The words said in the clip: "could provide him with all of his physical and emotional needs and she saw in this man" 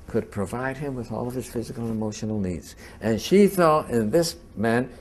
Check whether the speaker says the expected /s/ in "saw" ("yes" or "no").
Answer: no